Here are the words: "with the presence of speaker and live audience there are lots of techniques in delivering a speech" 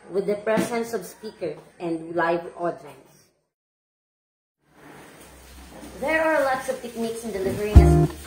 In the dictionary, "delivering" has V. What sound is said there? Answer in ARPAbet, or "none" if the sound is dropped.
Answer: V